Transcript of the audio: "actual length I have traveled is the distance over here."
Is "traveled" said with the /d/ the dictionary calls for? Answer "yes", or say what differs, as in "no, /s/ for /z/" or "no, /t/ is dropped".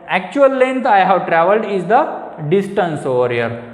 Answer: yes